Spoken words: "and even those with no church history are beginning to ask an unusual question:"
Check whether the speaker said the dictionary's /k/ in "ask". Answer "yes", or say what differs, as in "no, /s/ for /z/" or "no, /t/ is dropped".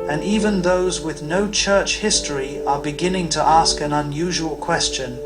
yes